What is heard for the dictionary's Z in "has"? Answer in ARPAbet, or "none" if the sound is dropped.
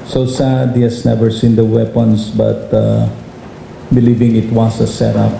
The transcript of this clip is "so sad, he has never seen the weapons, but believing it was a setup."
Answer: S